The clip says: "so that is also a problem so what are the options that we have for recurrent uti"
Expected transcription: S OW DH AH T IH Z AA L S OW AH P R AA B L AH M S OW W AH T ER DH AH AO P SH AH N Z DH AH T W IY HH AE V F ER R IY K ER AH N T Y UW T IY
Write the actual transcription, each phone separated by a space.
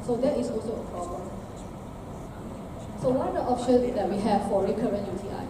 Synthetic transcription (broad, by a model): S OW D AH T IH S AA L S OW AH P R AA B L AH M S OW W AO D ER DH AO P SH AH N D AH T W IY HH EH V F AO R IY K ER AH N T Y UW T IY